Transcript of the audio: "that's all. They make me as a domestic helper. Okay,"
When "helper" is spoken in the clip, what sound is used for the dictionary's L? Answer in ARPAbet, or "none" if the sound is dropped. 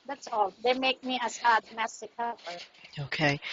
none